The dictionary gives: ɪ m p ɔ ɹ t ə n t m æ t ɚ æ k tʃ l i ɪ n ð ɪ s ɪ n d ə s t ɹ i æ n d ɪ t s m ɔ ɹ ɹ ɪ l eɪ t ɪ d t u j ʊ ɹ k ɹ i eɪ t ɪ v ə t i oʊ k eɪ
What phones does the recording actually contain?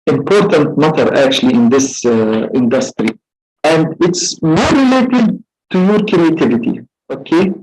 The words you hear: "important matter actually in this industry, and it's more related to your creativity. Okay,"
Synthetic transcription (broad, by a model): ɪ m p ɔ ɹ t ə n t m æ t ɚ æ k tʃ l i ɪ n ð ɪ s ɪ n d ə s t ɹ i æ n d ɪ t s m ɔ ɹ ɹ ɪ l eɪ t ɪ d t u j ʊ ɹ k ɹ i eɪ t ɪ v ə t i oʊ k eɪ